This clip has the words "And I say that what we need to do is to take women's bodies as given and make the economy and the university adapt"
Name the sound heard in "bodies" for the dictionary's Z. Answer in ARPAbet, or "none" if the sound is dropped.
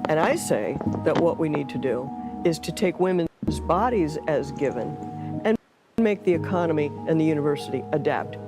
Z